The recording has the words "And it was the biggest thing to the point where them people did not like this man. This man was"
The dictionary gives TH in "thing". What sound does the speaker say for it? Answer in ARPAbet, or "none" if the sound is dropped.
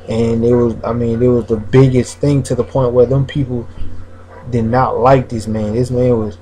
TH